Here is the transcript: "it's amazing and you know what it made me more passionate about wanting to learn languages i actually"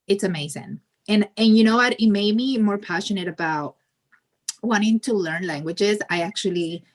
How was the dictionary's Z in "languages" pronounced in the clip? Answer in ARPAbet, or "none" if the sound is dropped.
Z